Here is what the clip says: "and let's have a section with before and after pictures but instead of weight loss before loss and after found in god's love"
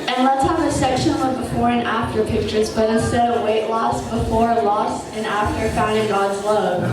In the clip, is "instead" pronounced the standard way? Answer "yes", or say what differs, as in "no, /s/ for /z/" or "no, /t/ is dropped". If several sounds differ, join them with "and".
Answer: no, /n/ is dropped